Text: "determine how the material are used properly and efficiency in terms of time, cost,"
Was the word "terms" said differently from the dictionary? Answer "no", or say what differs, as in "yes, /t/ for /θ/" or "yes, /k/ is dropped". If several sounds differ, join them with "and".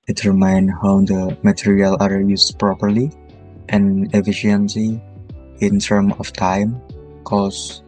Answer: yes, /z/ is dropped